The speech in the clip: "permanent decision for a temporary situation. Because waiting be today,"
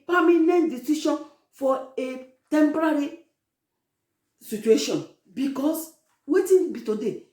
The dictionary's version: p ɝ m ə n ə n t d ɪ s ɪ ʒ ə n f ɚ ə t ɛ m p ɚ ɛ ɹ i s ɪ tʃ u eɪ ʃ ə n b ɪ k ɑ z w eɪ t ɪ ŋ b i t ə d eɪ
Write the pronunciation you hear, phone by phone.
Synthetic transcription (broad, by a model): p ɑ m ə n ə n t d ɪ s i ʃ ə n f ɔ ə t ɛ m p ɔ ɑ ɹ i s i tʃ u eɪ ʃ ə n b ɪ k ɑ s w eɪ t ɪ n b i t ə d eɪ